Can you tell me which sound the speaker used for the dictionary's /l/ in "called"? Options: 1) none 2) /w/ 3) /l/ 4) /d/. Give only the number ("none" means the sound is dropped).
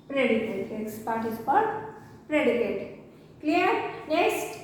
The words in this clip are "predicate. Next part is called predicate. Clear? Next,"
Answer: 1